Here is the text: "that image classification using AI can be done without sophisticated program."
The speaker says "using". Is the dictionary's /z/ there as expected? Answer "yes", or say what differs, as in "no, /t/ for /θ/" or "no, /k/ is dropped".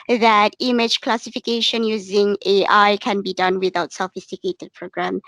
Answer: yes